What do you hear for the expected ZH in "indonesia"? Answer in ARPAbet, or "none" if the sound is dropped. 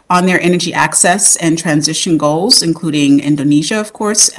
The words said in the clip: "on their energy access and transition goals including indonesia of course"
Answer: ZH